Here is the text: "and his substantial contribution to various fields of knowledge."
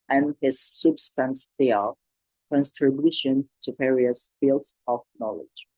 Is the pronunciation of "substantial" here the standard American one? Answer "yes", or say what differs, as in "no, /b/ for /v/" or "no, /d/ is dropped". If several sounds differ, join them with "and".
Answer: no, /s/ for /ʃ/